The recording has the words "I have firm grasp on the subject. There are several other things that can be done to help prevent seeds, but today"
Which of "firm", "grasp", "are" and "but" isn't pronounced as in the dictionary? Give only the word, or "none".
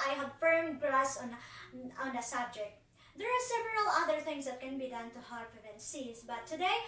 grasp